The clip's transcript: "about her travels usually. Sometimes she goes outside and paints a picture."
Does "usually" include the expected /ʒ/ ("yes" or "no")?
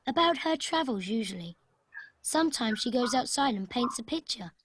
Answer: yes